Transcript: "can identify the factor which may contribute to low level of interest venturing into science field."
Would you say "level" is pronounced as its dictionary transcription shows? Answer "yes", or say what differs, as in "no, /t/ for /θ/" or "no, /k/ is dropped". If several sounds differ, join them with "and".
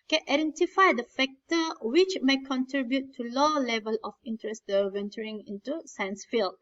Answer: yes